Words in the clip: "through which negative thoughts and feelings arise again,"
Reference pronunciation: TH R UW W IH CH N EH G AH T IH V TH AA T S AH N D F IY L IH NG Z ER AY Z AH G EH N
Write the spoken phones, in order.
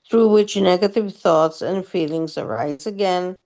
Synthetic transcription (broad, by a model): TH R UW W IH CH N EH G AH T IH V TH AA T S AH N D F IY L IH NG Z ER AY Z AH G EH N